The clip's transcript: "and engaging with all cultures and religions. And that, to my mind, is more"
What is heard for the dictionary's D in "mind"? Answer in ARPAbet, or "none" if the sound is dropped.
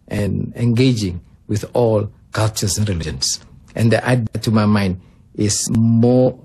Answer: D